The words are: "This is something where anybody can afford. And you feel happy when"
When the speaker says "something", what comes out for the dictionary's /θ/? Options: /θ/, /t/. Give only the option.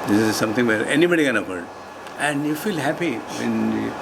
/t/